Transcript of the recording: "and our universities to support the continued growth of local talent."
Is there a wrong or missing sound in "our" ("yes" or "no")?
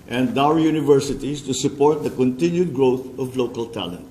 yes